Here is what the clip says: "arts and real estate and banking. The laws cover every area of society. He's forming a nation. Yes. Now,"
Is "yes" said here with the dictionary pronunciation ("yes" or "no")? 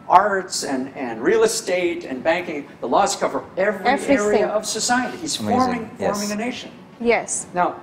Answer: yes